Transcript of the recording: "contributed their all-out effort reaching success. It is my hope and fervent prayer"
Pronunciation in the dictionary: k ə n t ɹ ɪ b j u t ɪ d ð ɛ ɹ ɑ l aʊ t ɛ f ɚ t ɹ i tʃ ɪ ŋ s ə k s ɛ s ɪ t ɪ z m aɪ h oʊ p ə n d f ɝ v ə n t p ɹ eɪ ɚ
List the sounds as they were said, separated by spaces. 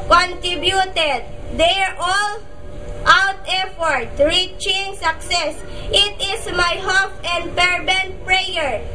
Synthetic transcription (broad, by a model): k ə n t ɹ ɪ b j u t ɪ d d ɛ ɹ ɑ l aʊ t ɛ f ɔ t ɹ i tʃ ɪ ŋ s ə k s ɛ s ɪ t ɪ s m aɪ h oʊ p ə n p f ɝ b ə n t p ɹ eɪ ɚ